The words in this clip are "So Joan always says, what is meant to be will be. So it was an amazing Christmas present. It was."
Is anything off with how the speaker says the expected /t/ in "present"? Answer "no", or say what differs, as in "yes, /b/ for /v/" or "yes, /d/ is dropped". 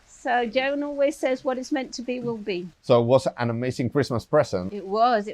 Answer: yes, /t/ is dropped